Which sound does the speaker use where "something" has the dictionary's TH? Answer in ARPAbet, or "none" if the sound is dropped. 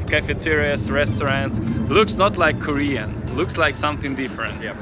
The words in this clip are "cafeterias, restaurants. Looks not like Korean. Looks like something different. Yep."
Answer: TH